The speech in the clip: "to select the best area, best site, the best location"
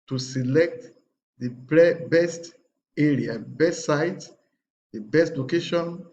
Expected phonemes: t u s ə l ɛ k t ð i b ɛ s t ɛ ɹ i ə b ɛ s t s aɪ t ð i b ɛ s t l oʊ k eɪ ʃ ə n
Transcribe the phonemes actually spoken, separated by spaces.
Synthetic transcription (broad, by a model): t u s ə l ɛ k t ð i b ɛ s t ɛ ɹ i ə b ɛ s t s aɪ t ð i b ɛ s t l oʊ k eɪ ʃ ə n